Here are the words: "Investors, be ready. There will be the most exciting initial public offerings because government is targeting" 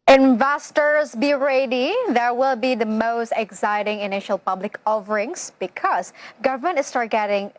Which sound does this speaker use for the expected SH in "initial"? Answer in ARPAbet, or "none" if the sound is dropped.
SH